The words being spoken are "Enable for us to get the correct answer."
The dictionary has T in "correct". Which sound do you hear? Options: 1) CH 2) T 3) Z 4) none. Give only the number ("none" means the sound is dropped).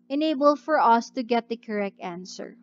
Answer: 2